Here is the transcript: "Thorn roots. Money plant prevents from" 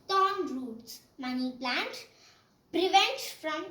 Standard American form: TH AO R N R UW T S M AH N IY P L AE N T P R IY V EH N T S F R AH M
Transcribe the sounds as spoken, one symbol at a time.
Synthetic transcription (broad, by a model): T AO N R UW T S M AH N IY P L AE N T P R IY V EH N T F R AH M